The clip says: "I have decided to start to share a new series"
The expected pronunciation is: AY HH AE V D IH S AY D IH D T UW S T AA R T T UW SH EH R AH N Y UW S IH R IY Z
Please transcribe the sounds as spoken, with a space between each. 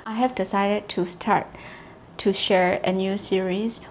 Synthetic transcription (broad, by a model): AY HH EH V D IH S AY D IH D T UW S T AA R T T UW SH EH R AH N Y UW S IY R IY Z